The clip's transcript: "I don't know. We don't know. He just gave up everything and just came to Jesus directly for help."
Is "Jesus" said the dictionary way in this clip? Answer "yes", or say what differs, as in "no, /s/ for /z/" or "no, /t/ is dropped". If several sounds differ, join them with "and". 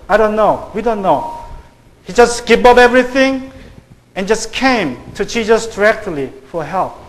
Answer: no, /tʃ/ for /dʒ/